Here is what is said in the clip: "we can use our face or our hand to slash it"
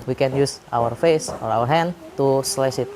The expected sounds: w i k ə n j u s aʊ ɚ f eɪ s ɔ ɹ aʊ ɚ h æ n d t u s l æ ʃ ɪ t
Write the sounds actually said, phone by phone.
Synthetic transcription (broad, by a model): w i k ə n j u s aʊ ɚ f eɪ s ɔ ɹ aʊ ɚ h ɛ n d t u s l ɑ s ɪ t